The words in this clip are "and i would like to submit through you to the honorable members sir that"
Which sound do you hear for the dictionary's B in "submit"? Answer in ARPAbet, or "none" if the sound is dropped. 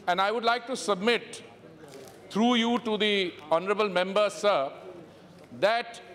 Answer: B